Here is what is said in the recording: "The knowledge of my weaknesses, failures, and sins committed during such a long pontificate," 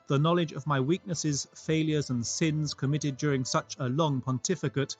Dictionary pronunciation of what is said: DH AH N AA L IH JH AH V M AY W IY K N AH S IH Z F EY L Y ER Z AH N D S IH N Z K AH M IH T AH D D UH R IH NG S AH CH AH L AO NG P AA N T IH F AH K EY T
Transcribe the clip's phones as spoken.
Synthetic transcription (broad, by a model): DH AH N AA L IH JH AH V M AY W IY K N AH S IH Z F EY L Y ER Z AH N S IH N Z K AH M IH T AH D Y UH R IH NG S AH CH AH L AO NG P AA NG T IH F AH K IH T